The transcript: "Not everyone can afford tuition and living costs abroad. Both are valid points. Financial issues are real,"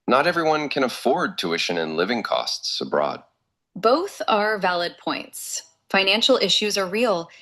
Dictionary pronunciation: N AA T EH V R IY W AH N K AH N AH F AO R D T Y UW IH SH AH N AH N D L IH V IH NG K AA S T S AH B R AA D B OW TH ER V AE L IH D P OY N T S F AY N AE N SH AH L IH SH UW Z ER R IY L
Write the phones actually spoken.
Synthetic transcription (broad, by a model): N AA T EH V R IY W AH N K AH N AH F AO R D T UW IH SH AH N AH N L IH V IH NG K AA S T S AH B R AA D B OW TH ER V AE L IH D P OY N T S F AY N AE N SH L IH SH UW Z ER R IY L